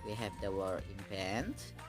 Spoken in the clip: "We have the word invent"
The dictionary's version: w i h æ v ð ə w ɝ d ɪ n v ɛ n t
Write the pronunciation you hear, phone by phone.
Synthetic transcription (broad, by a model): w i h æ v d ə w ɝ ɪ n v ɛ n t